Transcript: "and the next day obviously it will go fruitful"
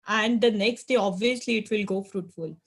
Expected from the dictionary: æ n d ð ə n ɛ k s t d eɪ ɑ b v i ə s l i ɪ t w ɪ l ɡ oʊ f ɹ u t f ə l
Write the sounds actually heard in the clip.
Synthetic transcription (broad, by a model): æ n d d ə n ɛ k s t d eɪ ɑ b v i ə s l i ɪ t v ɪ l ɡ oʊ f ɹ u t f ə l